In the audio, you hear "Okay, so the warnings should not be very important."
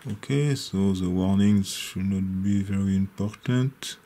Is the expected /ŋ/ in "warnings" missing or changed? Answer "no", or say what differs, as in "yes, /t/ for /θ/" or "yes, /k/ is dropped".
no